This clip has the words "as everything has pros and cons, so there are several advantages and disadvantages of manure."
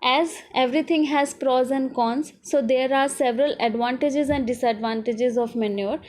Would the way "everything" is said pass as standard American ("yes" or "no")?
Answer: no